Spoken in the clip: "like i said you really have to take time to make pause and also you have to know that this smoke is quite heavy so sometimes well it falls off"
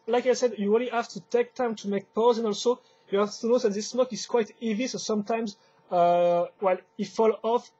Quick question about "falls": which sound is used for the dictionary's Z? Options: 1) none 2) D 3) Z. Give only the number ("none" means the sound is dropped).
1